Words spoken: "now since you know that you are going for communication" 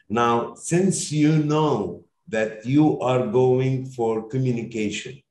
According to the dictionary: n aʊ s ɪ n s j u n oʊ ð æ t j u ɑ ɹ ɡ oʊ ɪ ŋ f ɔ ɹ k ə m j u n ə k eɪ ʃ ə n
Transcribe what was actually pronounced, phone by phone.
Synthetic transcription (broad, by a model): n aʊ s ɪ n s j u n oʊ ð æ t j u ɑ ɹ ɡ oʊ ɪ ŋ f ɔ ɹ k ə m j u n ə k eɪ ʃ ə n